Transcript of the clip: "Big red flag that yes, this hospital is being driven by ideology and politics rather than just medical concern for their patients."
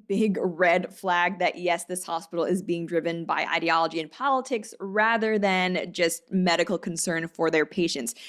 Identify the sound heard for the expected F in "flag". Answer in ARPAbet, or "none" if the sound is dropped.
F